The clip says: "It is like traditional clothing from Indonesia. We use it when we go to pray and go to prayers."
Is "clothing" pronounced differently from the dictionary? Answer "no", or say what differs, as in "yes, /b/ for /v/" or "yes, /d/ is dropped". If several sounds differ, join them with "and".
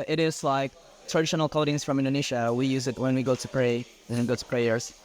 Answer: yes, /l/ is dropped